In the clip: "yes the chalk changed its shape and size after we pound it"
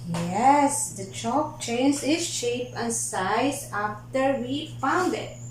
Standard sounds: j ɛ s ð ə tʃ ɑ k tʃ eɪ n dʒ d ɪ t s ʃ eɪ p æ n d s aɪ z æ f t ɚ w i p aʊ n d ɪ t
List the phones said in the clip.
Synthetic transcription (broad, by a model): j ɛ s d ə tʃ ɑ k tʃ eɪ n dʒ ɪ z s ʃ eɪ p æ n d s aɪ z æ f t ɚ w i f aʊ n d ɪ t